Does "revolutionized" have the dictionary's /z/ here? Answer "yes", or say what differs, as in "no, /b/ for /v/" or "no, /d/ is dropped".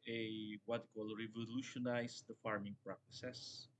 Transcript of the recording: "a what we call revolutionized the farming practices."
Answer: no, /s/ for /z/